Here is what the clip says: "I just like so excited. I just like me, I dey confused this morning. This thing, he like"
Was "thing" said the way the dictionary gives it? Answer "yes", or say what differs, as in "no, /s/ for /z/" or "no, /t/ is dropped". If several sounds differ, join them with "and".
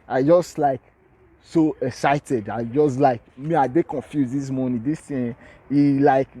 no, /t/ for /θ/